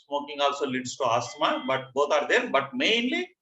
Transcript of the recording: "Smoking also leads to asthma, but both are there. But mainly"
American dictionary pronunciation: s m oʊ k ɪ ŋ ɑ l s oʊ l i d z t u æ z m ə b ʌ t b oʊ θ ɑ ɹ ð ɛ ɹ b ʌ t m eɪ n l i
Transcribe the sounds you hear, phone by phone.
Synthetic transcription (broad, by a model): s m oʊ k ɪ ŋ ɑ l s oʊ l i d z t u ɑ s m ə b ʌ t b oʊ t ɑ ɹ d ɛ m b ʌ t m eɪ n l i